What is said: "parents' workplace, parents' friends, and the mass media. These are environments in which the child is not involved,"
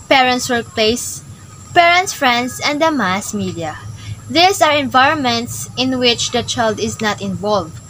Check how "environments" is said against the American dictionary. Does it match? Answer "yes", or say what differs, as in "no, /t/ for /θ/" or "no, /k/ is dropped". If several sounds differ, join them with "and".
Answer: yes